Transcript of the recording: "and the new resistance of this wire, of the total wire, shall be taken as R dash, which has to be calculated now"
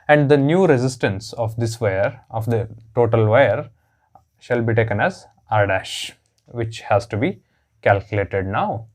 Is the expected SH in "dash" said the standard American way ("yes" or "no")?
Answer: yes